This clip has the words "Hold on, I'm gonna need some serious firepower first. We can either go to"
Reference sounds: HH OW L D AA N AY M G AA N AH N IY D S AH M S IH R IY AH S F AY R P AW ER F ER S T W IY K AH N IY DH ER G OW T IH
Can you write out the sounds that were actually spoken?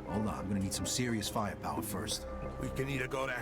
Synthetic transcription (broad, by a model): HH OW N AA AY M G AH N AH N IY D S AH M S IH R IY AH S F AY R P AW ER F ER S T W IY K AH N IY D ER G OW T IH